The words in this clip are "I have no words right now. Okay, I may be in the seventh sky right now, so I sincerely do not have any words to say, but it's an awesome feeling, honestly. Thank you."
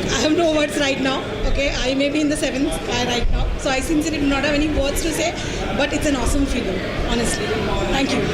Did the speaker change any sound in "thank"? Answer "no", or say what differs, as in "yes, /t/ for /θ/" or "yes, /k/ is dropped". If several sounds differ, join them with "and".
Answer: yes, /t/ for /θ/